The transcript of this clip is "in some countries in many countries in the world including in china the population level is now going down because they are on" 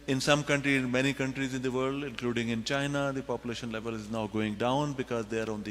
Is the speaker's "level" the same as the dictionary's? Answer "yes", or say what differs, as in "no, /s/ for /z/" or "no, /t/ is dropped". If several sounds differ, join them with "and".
yes